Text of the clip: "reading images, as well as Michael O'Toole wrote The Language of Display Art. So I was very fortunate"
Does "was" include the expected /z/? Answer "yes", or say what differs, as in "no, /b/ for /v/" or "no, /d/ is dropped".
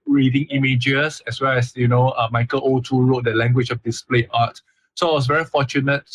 no, /s/ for /z/